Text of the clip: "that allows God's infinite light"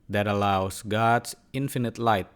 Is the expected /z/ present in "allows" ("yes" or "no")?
no